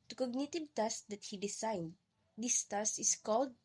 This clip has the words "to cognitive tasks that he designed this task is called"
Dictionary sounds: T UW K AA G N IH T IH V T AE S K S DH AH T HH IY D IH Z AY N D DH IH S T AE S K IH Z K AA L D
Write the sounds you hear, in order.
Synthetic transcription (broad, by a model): T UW K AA G N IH T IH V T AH S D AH T HH IY D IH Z AY N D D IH S T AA S IH S K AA L D